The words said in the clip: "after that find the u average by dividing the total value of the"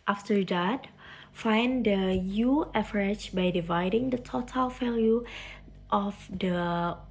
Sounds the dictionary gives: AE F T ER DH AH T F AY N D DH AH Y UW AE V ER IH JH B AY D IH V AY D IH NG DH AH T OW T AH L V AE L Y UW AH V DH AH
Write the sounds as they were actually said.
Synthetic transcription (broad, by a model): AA F T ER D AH T F AY N D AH Y UW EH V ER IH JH B AY D IH V AY D IH NG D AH T OW T AH L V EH L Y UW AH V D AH